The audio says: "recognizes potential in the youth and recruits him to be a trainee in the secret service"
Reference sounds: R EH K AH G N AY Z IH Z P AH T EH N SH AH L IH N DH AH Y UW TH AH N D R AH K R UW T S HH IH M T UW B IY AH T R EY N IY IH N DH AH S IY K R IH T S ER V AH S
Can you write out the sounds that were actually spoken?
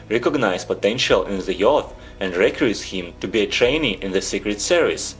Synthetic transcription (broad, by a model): R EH K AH G N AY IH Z P AH T EH N SH AH L IH N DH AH Y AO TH AH N D R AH K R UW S HH IH M T UW B IY AH T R EY N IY IH N DH AH S IY K R IH T S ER V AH S